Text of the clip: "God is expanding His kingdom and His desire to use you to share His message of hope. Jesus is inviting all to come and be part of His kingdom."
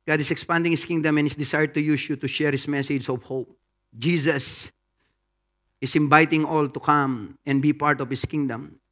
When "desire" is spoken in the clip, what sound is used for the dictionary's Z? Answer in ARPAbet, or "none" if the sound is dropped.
S